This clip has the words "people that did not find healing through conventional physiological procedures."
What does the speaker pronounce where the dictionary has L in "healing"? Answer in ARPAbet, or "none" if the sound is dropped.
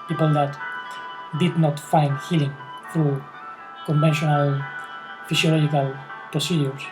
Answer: L